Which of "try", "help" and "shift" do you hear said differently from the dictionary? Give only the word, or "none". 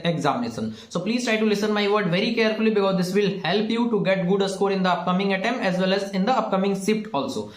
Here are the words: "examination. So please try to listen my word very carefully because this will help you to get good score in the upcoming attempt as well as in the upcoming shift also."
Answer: shift